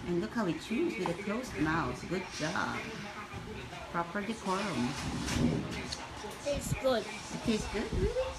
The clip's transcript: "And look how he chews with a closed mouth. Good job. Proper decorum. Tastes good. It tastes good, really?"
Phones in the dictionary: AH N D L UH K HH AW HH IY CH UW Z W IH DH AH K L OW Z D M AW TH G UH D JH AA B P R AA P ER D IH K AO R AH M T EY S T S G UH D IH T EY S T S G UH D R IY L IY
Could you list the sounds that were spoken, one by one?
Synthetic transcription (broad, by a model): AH N L UH K HH AW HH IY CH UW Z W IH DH AH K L OW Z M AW S G UH D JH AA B P R AA P ER D IH K AO R AH M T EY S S G UH D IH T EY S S G UH D